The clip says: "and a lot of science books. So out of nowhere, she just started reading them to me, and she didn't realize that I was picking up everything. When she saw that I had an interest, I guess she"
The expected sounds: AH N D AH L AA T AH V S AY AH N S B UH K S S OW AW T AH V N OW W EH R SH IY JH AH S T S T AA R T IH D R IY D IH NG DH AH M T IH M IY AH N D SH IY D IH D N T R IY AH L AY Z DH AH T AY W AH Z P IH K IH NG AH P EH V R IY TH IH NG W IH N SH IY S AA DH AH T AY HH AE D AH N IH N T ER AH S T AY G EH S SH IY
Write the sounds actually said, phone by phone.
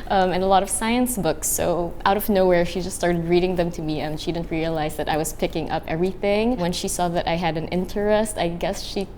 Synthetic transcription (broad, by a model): AH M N AH L AA T AH V S AY AH N S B UH K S S OW AW T AH V N OW W EH R SH IY JH AH S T S T AA R T IH D R IY D IH NG DH AH M T IH M IY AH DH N SH IY D IH D N T R IY AH L AY Z DH AH T AY W AH Z P IH K IH NG AH P EH V R IY TH IH NG W IH N SH IY S AA DH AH T AY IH D AH N IH N T ER AH S T AY G EH S SH IY